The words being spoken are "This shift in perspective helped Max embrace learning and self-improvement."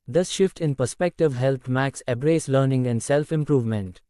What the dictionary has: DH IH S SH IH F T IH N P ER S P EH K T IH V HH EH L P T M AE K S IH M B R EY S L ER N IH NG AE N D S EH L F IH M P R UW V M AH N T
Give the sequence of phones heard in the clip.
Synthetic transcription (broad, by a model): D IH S SH IH F T IH N P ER S P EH K T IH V HH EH L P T M AE K S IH B R EY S L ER N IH NG AE N D S EH L F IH M P R UW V M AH N T